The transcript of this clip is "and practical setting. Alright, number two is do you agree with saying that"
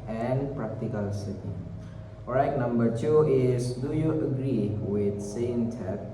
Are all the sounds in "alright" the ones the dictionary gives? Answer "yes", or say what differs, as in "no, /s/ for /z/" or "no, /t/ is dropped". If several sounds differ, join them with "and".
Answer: no, /l/ is dropped